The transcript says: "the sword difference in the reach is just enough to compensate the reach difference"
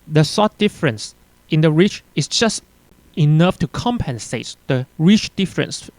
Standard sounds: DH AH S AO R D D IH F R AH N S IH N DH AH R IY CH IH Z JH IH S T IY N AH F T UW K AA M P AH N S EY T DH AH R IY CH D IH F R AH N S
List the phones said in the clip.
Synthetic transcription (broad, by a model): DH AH S AO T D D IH F R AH N S IH N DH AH R IY CH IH S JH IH S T IY N AH F T UW K AA M P AH N S EY T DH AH R IY CH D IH F R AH N S